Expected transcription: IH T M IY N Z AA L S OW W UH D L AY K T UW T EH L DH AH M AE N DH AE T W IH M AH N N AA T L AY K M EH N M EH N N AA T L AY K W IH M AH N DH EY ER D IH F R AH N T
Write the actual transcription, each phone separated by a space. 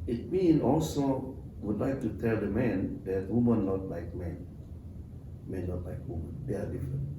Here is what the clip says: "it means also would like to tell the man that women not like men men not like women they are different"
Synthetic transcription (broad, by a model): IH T M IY N AA L S OW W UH D L AY K T UW T EH L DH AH M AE N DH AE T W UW M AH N N AA T L AY K M EH N M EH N N AA T L AY K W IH M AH N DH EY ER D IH F R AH N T